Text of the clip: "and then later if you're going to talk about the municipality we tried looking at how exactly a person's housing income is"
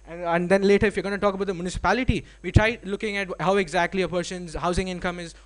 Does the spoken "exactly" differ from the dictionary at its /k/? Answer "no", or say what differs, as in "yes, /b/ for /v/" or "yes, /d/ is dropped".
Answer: no